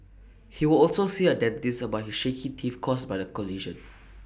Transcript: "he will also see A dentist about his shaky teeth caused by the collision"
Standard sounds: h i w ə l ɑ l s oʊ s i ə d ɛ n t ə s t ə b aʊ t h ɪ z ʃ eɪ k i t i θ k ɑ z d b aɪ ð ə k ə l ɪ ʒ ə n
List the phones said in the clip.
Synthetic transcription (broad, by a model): h i w ə l ɑ l s oʊ s i ə d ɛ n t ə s ə b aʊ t h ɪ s ʃ eɪ k i t i f k ɑ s b aɪ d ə k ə l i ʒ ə n